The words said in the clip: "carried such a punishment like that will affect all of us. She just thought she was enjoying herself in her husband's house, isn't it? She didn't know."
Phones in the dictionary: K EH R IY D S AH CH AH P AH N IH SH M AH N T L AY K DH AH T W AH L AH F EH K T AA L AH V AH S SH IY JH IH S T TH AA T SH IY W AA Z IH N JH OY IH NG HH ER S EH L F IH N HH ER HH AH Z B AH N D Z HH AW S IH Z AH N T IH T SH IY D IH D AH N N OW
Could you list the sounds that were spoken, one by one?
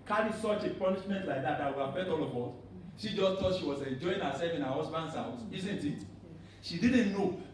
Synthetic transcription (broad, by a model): K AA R IY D S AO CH AH P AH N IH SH M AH N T L AY K DH AH T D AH W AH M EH T AA L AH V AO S SH IY JH IH S T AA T SH IY W AA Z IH N JH OY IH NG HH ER S EH L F IH N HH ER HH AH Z B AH N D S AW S IH Z AH N T IH T SH IY D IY D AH N N OW